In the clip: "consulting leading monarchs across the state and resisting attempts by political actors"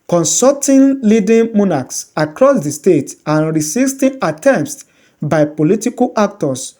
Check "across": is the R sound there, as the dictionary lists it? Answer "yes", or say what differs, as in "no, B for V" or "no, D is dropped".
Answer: yes